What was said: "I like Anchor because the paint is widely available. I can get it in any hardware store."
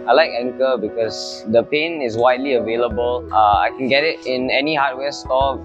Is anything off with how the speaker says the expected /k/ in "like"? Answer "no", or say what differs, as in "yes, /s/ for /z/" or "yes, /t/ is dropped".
no